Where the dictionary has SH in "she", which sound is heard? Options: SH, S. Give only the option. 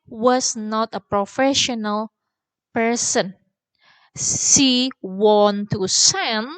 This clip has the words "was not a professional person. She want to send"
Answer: S